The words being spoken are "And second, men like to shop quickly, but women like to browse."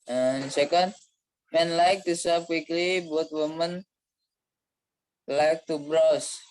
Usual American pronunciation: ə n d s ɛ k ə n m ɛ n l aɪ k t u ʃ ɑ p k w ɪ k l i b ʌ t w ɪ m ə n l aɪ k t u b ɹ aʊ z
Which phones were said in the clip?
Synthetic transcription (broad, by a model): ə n s ɛ k ə n m ɛ n l aɪ k t u s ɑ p k w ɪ k l i b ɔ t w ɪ m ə n l aɪ k t u b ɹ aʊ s